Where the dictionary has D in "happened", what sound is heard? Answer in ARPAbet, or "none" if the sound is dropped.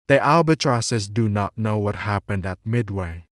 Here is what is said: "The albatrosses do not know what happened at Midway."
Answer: D